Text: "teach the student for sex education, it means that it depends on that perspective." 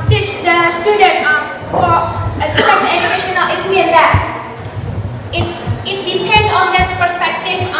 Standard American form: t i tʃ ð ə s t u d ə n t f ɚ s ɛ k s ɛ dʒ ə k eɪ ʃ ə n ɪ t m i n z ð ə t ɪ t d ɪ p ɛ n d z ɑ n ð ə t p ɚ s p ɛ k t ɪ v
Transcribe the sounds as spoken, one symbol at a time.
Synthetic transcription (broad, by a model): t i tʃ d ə s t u d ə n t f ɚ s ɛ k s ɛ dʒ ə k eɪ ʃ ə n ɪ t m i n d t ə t ɪ t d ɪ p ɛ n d ɑ n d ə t p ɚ s p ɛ k t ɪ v